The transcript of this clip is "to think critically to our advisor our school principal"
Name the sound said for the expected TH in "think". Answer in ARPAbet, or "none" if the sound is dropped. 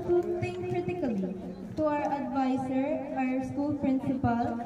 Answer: T